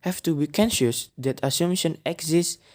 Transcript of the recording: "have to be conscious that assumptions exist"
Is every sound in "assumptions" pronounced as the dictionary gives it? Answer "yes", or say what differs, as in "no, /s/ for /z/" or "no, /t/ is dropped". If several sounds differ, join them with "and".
no, /p/ is dropped and /z/ is dropped